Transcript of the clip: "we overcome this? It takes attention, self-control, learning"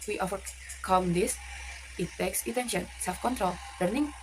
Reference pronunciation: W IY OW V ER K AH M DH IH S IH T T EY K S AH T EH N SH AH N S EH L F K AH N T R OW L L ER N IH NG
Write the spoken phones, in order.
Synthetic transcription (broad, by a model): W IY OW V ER K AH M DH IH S IH T T EY K S AH T EH N SH AH N S EH L F K AH N T R OW L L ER N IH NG